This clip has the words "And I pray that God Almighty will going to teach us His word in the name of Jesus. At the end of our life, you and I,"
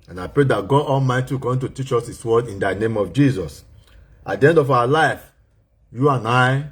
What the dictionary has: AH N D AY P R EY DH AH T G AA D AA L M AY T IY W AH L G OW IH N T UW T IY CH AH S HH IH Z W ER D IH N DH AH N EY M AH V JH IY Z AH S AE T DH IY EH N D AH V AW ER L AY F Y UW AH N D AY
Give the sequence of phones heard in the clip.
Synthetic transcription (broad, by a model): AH N AY P R EY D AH T G AA D AA L M AY T IY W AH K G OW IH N T UW T IY CH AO S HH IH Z W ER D IH N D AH N EY M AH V JH IY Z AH S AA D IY EH N D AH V AW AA L AY F Y UW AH N AY